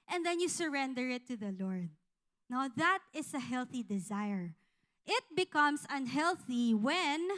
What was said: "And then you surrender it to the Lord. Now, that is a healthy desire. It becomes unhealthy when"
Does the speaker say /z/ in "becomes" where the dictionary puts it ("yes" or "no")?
no